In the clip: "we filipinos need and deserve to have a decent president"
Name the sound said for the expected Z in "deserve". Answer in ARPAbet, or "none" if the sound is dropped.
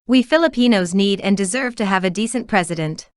Z